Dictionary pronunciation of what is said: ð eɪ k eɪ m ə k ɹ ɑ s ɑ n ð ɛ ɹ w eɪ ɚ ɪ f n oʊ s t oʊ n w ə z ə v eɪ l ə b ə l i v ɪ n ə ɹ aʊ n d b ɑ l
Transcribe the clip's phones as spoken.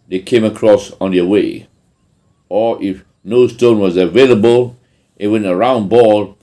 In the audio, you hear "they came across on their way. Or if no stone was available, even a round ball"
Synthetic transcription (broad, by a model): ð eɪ k eɪ m ə k ɹ ɑ s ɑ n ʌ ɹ w eɪ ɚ ɪ f n oʊ s t oʊ n w ə z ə v eɪ l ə b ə l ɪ w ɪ n ə ɹ aʊ n b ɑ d